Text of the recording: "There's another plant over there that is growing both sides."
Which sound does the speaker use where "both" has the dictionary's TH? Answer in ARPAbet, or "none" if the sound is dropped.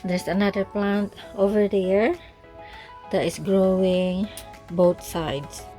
T